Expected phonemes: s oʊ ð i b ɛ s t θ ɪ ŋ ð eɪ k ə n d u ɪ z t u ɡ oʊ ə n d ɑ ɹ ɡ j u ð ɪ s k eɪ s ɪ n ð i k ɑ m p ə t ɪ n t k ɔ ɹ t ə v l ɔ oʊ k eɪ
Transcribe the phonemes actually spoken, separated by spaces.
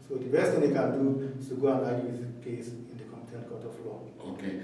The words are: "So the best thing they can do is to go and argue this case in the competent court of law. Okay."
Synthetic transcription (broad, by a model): s oʊ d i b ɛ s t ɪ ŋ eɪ k ə n d u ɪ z t u ɡ oʊ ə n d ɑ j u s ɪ k eɪ s ɪ n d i k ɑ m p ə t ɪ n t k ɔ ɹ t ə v l ɔ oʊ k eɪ